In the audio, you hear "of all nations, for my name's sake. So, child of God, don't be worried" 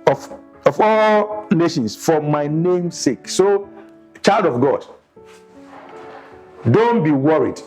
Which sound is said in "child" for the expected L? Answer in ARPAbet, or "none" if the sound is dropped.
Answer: L